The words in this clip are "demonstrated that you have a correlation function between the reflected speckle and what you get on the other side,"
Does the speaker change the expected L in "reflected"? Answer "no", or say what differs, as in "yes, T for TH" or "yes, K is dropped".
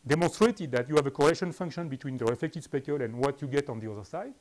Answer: yes, L is dropped